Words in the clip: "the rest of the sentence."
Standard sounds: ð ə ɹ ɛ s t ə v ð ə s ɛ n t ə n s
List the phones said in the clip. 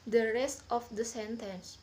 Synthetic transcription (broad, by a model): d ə ɹ ɛ s t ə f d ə s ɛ n t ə n s